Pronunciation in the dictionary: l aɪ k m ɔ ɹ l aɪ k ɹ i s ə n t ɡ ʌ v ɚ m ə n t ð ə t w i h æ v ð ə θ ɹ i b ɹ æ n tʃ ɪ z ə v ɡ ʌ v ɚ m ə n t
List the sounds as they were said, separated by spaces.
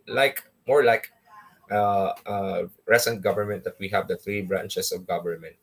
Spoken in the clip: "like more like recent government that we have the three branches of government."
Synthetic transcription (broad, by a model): l aɪ k m ɔ ɹ l aɪ k ɹ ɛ s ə n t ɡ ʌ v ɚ m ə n t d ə t w i h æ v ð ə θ ɹ i b ɹ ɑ n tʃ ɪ s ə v ɡ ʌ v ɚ m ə n t